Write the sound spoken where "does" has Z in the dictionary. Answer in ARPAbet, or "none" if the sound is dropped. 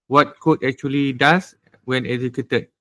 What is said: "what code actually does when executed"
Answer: S